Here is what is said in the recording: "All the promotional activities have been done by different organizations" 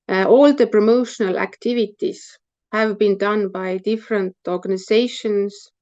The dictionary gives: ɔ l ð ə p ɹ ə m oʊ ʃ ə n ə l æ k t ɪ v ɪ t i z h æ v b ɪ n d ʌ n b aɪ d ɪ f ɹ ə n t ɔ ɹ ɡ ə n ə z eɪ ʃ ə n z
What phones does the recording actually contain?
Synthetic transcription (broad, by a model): ɔ l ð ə p ɹ ə m oʊ ʃ ə n ə l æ k t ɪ v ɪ t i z h æ v b ɪ n d ʌ n b aɪ d ɪ f ɹ ə n t ɔ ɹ ɡ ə n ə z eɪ ʃ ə n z